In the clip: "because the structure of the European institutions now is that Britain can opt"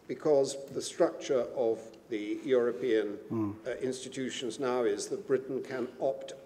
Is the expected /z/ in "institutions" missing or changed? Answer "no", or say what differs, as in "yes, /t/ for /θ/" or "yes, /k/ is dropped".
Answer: no